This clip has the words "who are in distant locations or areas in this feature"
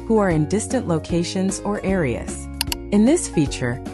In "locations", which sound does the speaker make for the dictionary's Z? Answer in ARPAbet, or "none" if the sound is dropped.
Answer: Z